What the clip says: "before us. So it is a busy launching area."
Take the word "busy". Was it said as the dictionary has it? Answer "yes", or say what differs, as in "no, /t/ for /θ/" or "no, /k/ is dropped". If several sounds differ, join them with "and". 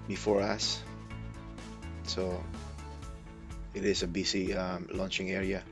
no, /s/ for /z/